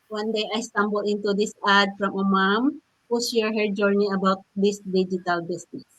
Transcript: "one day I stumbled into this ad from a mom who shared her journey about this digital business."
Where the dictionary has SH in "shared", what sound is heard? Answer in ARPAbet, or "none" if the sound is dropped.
S